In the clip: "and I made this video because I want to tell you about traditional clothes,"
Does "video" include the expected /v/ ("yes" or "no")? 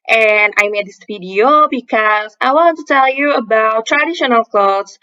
no